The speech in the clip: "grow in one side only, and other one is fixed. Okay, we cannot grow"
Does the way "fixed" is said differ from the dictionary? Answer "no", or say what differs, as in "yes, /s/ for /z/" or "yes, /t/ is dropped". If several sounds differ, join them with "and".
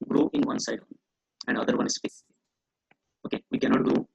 yes, /k/ is dropped and /t/ is dropped